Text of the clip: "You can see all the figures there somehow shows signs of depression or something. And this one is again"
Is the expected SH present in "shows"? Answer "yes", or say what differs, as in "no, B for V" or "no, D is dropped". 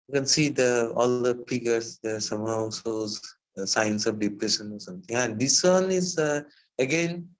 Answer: no, S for SH